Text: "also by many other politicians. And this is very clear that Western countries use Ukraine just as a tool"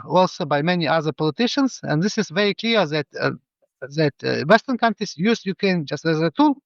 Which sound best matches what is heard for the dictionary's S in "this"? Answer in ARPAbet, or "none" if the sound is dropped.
S